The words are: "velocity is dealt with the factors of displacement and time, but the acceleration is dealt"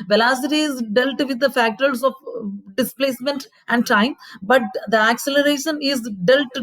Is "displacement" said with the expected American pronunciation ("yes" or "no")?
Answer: yes